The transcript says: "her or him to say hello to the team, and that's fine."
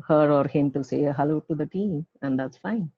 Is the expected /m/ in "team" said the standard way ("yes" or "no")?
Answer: no